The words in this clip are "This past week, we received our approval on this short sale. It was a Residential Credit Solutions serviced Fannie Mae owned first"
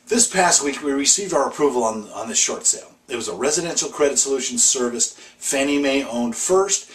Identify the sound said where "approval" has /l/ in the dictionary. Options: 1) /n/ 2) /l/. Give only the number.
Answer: 1